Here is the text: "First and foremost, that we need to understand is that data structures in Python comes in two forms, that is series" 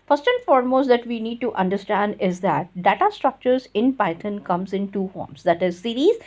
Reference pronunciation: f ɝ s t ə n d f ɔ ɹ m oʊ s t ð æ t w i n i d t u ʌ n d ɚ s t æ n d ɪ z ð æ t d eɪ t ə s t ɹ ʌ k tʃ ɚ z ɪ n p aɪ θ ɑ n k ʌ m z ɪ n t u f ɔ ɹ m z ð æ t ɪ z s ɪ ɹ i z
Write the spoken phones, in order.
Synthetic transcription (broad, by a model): f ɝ s t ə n f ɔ ɹ m oʊ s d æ t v i n i d t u ʌ n d ɚ s t æ n d ɪ z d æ t d eɪ t ə s t ɹ ʌ k tʃ ɚ z ɪ n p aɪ t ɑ n k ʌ m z ɪ n t u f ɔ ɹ m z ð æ t ɪ z s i ɹ i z